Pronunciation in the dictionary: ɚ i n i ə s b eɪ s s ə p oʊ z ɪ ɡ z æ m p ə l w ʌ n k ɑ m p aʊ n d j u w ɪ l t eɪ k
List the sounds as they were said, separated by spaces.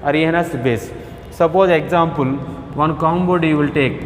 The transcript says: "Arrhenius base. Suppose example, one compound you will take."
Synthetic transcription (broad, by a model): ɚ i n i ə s b eɪ s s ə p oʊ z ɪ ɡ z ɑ m p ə l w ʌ n k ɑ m b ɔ d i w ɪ l t eɪ k